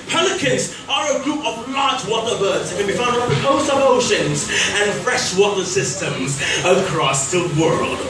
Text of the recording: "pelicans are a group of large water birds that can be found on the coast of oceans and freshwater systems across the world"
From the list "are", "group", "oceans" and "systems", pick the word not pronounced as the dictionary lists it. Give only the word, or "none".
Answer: none